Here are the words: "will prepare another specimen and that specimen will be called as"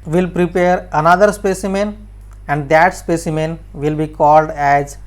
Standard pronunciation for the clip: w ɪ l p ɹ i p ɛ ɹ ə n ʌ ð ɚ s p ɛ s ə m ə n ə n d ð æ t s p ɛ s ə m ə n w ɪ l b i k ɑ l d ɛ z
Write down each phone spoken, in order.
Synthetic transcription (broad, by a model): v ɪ l p ɹ i p ɛ ɹ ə n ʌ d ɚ s p ɛ s ə m ə n ə n d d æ t s p ɛ s ə m ə n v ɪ l b i k ɑ l d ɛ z